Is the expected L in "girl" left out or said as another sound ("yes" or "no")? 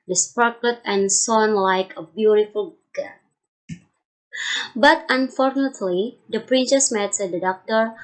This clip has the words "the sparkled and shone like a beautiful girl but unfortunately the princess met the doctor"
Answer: yes